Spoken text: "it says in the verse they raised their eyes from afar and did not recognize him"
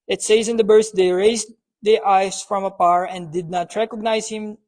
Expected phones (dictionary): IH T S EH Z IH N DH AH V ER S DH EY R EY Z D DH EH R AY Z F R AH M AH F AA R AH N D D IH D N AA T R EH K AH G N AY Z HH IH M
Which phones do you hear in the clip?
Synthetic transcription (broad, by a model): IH T S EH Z IH N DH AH B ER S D EY R EY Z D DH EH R AY S F R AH M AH P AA R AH N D D IH D N AA T R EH K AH G N AY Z HH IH M